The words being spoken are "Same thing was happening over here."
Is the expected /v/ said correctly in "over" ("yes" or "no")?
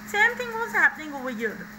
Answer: no